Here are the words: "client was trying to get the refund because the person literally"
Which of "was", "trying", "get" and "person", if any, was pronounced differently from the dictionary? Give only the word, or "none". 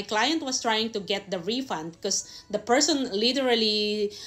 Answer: was